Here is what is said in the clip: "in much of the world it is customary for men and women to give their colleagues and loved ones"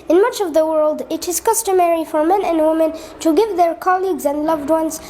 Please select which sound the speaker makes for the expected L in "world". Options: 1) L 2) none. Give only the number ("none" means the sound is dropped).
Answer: 1